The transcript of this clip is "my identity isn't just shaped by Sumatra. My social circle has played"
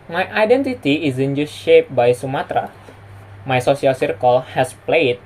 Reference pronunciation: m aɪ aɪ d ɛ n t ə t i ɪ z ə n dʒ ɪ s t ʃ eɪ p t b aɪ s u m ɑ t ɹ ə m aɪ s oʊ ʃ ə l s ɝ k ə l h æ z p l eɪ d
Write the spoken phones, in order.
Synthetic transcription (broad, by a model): m aɪ aɪ d ɛ n t ə t i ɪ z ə n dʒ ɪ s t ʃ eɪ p b aɪ s u m ɑ t ɹ ə m aɪ s oʊ s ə l s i k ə l h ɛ s p l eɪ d